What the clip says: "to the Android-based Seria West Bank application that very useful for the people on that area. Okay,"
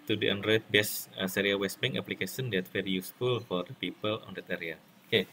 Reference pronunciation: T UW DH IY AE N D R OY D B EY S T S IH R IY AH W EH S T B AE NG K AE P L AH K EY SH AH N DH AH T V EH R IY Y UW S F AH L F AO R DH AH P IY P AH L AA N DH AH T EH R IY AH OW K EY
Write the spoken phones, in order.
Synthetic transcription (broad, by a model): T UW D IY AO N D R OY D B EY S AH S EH R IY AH W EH S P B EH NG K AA P L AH K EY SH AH N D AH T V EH R IY Y UW S F AH L F AO R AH P IY P AH L AA N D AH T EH R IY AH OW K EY